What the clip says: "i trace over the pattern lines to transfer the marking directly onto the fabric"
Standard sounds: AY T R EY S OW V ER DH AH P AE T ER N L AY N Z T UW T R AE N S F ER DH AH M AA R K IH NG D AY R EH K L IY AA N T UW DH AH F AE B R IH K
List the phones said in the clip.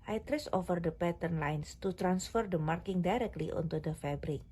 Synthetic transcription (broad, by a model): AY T R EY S OW F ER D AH P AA T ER N L AY N S T UW T R AE N S F ER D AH M AA R K IH NG D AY R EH K L IY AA N T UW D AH F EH B R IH K